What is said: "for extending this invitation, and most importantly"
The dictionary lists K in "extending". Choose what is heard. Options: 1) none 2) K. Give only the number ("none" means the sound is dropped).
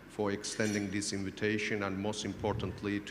2